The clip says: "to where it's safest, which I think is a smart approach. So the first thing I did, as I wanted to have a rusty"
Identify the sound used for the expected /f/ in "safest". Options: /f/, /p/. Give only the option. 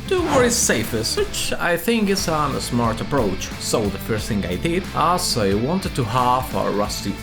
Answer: /f/